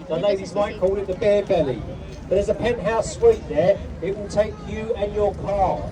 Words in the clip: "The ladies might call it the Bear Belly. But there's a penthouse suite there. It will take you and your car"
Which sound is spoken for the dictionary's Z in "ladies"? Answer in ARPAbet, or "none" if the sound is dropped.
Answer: Z